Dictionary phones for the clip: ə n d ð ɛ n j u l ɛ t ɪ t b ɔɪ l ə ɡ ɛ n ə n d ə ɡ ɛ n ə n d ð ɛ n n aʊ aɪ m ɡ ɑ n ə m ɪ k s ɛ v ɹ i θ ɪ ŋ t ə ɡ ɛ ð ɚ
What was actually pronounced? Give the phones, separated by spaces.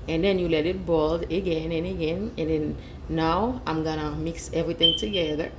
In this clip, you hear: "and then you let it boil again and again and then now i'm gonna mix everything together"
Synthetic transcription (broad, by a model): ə n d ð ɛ n j u l ɛ t ɪ t b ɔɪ l ə ɡ ɛ n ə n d ə ɡ ɛ n ə n d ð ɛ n n aʊ aɪ m ɡ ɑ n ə m ɪ k s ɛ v ɹ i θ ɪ ŋ t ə ɡ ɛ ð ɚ